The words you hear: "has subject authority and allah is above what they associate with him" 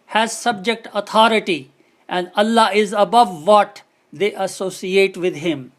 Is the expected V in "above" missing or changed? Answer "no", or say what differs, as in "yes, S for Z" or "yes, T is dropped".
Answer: no